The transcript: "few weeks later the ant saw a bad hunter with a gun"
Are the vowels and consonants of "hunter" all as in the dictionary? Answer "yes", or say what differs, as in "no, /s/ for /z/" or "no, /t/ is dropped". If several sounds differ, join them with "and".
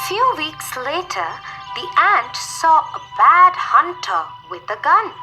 yes